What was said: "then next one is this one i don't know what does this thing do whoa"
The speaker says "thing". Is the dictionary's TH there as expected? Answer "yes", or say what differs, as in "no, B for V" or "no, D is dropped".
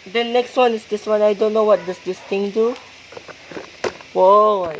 no, T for TH